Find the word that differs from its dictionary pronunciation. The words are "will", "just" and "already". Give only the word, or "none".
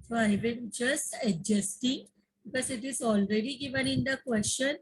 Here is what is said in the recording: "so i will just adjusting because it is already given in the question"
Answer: will